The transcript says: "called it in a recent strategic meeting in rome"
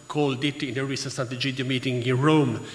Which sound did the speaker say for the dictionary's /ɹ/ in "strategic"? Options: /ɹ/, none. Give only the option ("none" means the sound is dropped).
none